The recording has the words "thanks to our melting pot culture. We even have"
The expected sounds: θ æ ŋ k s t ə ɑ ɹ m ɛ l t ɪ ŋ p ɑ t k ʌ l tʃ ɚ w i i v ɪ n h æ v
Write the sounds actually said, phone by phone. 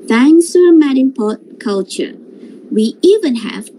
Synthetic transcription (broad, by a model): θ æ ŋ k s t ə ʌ m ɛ t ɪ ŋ p ɑ t k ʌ l tʃ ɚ w i i v ɪ n h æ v